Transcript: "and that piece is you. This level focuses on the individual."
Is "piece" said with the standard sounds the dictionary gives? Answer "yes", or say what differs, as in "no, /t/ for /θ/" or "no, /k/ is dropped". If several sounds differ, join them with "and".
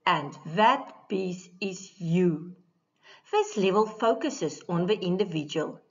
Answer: no, /b/ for /p/